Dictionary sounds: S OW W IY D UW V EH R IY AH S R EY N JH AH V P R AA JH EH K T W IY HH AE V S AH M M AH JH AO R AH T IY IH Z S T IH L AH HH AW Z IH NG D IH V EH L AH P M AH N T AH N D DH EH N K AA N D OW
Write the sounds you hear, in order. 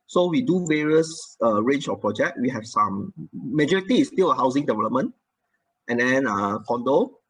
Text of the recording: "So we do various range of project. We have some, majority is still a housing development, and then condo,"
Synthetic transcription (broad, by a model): S OW W IY D UW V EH R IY AH S R EY N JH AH F P R AA JH EH K T W IY HH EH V S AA M M AH JH AO R AH T IY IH S T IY L AH HH AW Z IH NG D IH V EH L AH P M AH N T AH N D EH N K AA N D OW